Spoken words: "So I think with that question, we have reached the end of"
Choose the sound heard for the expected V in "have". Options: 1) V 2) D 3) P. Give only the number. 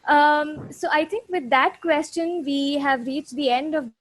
1